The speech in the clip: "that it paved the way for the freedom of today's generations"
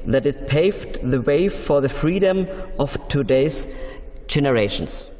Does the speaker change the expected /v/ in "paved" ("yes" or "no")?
no